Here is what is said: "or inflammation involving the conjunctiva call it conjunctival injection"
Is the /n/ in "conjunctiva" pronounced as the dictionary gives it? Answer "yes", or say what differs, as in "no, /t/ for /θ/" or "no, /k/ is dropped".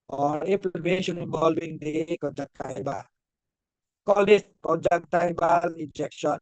no, /n/ is dropped